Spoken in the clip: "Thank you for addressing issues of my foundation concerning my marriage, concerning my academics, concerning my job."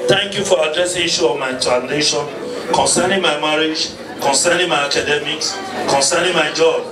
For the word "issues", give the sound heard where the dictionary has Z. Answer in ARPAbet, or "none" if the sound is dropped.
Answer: none